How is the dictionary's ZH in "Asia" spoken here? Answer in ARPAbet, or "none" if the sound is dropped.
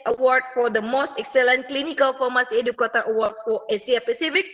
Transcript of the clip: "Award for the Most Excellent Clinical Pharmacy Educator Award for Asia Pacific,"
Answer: S